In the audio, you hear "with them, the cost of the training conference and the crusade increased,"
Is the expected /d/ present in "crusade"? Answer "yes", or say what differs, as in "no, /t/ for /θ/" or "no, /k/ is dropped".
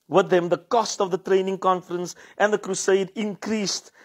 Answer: yes